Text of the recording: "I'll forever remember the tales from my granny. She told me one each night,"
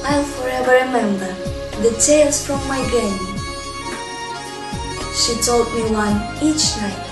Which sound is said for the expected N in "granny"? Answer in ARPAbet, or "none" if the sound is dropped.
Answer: none